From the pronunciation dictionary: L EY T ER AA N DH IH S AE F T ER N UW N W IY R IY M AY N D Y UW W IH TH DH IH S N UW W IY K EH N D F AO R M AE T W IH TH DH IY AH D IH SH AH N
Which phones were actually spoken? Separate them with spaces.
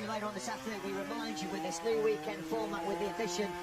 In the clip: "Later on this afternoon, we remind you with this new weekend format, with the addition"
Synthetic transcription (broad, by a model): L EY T ER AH N DH IH S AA T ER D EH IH W IY R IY M AY N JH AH W IH DH IH S N UW W IY K EH N D F AO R M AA T W IH DH IY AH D IH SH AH N